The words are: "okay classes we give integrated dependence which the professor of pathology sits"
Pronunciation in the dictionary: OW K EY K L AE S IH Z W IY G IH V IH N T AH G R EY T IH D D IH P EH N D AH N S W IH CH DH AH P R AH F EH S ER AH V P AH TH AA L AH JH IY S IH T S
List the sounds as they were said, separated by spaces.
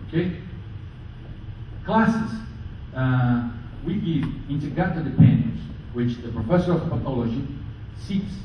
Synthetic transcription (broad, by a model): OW K EY K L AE S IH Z W IY G IH V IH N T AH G EY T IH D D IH P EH N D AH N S W IH CH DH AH P R AH F EH S ER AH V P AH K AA L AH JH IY S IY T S